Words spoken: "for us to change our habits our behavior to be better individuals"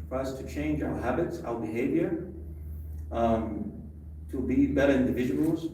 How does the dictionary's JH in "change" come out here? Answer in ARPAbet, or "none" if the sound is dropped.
JH